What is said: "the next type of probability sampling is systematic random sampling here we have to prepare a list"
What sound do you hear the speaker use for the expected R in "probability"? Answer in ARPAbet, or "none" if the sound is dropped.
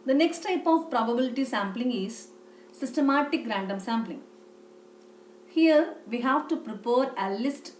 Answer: R